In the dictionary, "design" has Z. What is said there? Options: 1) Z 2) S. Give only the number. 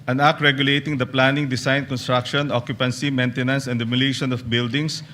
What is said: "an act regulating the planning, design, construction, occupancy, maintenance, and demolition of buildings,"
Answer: 2